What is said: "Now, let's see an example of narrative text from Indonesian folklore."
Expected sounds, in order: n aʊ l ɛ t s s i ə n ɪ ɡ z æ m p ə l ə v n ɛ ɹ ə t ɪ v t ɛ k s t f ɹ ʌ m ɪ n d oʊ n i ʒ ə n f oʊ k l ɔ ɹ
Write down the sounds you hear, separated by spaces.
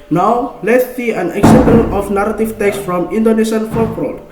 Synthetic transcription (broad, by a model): n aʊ l ɛ t s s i ə n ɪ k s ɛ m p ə n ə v n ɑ ɹ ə t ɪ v t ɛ k s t f ɹ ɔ m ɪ n d oʊ n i s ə n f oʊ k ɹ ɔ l